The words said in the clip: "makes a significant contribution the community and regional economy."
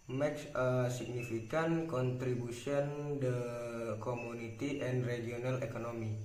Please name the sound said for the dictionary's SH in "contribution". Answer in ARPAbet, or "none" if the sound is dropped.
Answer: S